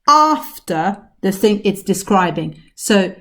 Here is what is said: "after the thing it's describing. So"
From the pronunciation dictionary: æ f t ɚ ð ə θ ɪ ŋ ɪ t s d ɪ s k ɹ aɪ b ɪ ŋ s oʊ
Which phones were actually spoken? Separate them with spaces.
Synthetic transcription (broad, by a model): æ f t ɚ ð ə θ ɪ ŋ ɪ t s d ɪ s k ɹ aɪ b ɪ ŋ s oʊ